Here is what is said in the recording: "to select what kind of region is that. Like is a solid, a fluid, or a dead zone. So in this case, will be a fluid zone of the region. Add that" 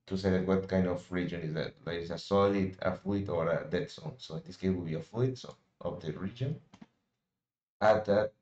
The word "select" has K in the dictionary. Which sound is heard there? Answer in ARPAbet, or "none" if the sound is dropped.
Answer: none